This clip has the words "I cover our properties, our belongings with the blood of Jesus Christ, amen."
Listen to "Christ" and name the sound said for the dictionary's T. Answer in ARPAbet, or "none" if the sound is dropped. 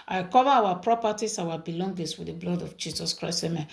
none